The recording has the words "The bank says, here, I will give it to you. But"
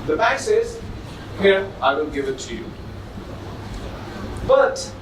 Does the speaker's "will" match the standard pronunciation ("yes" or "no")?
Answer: no